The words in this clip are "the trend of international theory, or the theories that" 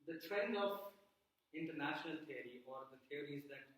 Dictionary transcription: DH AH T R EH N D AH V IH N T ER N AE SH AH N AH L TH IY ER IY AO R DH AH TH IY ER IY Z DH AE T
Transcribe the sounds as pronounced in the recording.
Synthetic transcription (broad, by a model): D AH T R EH N D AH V IH N T ER N AE SH AH N AH L T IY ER IY AO R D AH T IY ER IY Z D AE T